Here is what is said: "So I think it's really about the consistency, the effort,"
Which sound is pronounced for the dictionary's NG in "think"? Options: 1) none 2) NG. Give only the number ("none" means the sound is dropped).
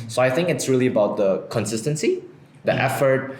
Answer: 2